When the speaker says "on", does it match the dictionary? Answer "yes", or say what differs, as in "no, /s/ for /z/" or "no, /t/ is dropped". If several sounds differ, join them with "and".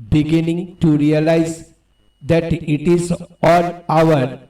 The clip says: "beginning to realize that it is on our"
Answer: no, /l/ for /n/